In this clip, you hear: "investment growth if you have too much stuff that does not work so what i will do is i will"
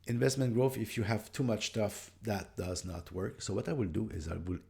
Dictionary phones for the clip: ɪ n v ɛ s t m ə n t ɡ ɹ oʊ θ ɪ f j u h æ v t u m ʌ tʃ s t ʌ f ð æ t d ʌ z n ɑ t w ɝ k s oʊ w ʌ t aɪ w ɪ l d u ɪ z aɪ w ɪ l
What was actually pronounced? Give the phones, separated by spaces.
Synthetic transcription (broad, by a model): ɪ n v ɛ s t m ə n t ɡ ɹ oʊ θ ɪ f j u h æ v t u m ʌ tʃ s t ʌ f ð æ t d ʌ z n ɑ t w ɝ k s oʊ w ʌ t aɪ w ɪ l d u ɪ z aɪ w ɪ l